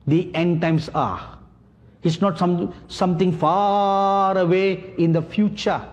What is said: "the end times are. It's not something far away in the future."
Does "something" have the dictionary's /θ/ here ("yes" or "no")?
no